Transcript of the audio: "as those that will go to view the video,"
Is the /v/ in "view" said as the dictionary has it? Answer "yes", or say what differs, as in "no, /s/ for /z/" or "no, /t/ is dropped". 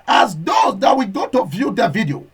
yes